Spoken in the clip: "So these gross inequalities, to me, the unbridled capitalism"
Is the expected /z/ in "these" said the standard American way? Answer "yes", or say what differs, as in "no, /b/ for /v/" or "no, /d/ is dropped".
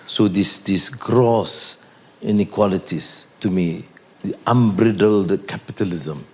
no, /s/ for /z/